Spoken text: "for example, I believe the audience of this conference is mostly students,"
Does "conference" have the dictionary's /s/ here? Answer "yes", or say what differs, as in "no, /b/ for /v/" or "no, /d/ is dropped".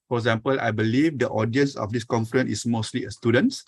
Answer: no, /s/ is dropped